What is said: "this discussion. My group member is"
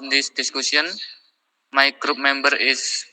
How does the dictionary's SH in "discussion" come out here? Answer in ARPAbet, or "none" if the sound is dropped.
S